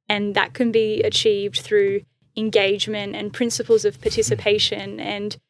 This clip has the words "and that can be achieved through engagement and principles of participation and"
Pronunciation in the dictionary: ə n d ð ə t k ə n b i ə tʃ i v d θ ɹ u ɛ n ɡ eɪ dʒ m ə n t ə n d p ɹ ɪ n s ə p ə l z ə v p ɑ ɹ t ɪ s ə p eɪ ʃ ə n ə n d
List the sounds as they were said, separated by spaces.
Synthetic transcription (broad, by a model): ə n ð ə t k ə n b i ə tʃ i v d θ ɹ u ɛ n ɡ eɪ dʒ m ə n t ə n p ɹ ɪ n s ə p ə l z ə v p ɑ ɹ t ɪ s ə p eɪ ʃ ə n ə n